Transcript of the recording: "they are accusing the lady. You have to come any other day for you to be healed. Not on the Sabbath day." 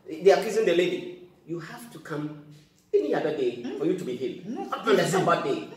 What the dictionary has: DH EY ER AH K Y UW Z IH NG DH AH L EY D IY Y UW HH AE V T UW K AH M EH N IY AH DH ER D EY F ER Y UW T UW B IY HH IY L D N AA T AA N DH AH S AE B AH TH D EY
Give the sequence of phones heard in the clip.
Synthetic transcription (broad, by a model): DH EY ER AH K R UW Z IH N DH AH L EY D IY Y UW HH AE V T UW K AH M EH N IY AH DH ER D EY F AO Y UW T UW B IY HH IY L D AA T AA N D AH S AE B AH T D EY